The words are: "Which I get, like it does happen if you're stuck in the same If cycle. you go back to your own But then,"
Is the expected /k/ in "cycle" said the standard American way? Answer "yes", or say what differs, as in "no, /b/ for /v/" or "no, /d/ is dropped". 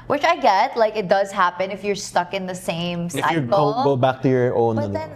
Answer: no, /k/ is dropped